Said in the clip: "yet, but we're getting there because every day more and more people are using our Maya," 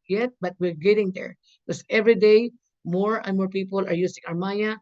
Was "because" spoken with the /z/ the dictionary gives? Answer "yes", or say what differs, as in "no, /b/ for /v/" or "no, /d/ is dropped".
no, /s/ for /z/